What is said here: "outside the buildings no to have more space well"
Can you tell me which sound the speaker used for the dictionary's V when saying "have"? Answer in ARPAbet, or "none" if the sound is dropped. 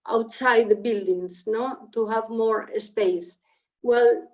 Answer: V